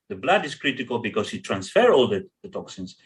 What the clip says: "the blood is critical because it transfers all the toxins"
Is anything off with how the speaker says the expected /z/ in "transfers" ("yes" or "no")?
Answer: yes